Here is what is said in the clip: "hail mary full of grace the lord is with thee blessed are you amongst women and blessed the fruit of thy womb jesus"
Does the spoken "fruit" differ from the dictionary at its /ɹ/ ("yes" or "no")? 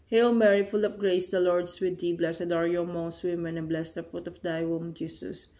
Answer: yes